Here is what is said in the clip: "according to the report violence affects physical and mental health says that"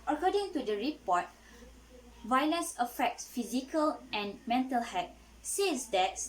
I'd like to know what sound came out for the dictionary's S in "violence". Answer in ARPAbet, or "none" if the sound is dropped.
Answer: S